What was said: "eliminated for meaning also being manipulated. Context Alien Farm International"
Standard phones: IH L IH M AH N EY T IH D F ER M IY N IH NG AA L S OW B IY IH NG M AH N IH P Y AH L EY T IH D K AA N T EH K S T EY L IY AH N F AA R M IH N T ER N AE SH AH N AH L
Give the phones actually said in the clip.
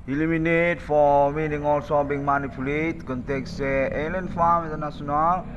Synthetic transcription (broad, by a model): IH L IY M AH N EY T F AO M IY N IH NG AA L S OW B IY NG M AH N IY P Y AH L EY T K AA N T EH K S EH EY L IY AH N F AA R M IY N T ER N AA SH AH N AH L